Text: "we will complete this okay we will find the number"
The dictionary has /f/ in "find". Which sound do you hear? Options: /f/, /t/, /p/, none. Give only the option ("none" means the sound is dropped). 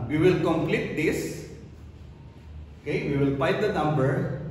/p/